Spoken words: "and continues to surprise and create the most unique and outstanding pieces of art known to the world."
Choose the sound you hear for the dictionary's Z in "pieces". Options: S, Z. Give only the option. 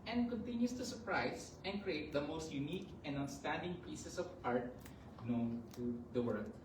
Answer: S